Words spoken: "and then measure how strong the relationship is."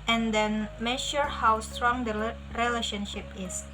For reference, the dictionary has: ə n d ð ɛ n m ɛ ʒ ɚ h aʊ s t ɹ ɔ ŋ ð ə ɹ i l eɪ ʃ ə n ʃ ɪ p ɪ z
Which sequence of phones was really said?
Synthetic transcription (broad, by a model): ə n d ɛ n m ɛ ʃ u h aʊ s t ɹ ɔ ŋ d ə ɹ i l eɪ ʃ ə n ʃ ɪ p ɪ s